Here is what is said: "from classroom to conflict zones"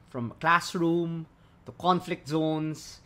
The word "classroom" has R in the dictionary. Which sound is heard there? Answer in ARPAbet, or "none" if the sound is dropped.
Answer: R